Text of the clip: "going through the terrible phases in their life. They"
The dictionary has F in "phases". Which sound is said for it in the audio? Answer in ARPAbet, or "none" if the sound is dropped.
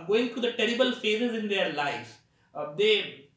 F